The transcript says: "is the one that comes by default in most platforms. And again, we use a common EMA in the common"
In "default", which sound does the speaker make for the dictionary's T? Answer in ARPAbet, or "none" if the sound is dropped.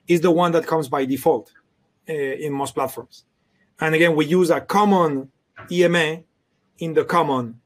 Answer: T